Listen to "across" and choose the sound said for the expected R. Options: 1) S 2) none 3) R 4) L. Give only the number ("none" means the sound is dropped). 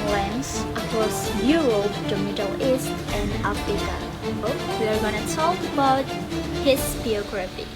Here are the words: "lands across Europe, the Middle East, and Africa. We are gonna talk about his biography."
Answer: 2